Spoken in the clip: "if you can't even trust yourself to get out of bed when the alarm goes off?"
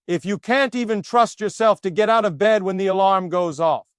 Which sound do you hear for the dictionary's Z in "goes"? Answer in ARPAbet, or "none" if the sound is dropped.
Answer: Z